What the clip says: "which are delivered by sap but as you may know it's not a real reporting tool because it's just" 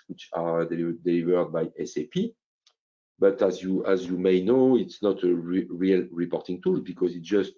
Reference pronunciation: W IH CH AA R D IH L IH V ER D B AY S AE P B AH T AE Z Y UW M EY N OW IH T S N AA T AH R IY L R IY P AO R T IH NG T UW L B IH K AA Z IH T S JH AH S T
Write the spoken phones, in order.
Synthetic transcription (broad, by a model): W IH CH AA L D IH L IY V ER D B AY S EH P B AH T AE Z Y UW M EY N OW IH T S N AA T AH R IY L R IY P AO R T IH NG T UW L B IH K AA Z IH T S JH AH S T